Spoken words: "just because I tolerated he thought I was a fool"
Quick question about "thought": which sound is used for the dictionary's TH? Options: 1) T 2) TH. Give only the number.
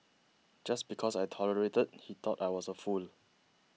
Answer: 1